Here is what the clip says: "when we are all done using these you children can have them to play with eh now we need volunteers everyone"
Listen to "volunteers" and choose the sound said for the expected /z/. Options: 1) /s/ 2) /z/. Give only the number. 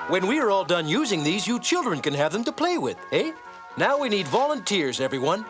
2